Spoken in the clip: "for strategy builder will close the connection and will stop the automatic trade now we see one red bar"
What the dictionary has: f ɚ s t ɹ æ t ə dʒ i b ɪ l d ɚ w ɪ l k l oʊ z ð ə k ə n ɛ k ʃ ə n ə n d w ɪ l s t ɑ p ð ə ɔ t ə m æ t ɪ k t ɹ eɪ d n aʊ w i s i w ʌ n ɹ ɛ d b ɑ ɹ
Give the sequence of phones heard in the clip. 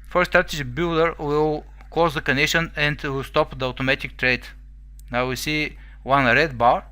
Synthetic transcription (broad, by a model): f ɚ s t ɹ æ t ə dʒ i b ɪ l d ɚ w ɪ l k oʊ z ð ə k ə n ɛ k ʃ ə n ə n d w ɪ l s t ɑ p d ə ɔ t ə m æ t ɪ k t ɹ eɪ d n aʊ w i s i w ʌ n ɹ ɛ d b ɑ ɹ